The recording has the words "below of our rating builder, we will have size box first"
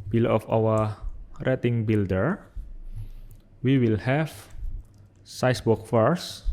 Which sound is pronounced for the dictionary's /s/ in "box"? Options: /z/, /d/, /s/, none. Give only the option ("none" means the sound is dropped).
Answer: none